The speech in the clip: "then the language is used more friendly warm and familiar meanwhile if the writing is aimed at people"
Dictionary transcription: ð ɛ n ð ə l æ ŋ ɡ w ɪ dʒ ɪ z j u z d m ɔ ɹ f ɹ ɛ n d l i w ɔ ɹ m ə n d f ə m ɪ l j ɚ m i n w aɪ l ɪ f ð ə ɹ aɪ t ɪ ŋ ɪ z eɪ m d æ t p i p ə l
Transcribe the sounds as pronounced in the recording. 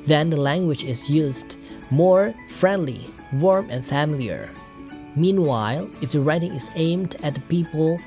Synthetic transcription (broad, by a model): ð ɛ n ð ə l æ ŋ ɡ w ɪ dʒ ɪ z j u z d m ɔ ɹ f ɹ ɛ n d l i w ɔ ɹ m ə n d f ə m ɪ l j ɚ m i n w aɪ l ɪ f ð ə ɹ aɪ t ɪ ŋ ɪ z eɪ m d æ t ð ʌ p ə l